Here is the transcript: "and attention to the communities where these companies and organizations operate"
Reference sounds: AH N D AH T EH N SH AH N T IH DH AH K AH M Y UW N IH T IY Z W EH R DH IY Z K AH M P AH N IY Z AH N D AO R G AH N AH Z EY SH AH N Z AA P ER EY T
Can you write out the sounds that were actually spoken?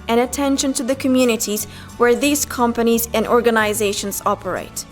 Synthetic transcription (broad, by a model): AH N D AH T EH N SH AH N T IH DH AH K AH M Y UW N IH T IY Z W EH R DH IY Z K AH M P AH N IY Z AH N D AO R G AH N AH Z EY SH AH N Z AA P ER EY T